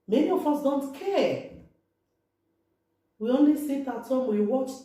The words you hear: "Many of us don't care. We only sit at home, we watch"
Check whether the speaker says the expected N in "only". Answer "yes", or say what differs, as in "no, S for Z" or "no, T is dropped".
yes